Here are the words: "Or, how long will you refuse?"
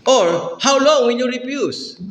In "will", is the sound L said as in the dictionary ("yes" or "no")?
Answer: no